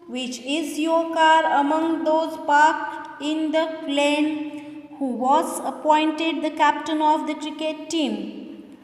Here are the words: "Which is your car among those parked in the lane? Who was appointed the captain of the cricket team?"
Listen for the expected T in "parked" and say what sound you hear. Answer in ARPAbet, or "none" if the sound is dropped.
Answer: none